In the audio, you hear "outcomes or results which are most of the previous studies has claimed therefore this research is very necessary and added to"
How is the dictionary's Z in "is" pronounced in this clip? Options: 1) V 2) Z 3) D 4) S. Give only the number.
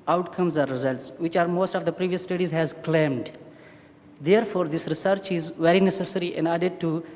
2